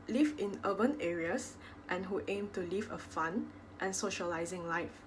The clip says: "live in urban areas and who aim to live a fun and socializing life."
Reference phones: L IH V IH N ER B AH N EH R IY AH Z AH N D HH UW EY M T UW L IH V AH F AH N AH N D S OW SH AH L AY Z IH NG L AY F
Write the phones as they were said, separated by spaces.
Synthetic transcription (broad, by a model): L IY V IH N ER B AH N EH R IY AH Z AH N HH UW EY M T UW L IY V AH F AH N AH N S OW SH AH L AY Z IH NG L AY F